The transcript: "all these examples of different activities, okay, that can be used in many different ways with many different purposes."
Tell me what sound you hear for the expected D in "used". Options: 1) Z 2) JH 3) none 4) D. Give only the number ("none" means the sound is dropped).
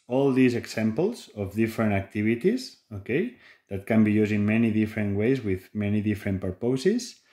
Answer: 3